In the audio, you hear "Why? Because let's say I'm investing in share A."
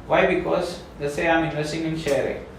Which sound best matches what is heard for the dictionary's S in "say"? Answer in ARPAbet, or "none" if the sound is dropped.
S